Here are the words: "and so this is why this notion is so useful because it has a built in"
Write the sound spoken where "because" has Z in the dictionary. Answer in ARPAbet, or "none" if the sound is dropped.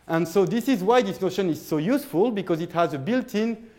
Z